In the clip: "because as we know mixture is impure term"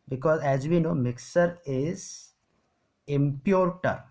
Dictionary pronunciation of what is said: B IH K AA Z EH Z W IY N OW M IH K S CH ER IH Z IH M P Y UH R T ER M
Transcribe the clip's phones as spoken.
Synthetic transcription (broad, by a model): B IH K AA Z EH Z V IY N OW M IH K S ER IH Z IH M P Y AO R T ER